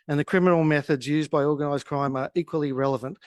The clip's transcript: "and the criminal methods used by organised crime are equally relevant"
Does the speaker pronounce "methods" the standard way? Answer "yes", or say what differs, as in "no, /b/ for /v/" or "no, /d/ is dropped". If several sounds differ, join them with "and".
yes